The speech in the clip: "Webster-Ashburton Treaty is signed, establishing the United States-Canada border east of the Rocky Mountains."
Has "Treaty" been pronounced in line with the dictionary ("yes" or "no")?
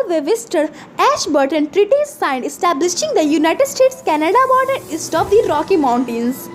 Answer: yes